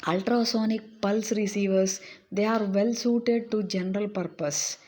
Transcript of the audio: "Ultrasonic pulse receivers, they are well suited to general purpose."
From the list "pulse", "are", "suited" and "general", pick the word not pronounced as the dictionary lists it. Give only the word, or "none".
none